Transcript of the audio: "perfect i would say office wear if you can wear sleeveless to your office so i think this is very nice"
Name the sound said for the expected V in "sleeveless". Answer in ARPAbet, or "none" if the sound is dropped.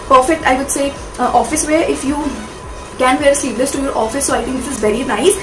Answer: P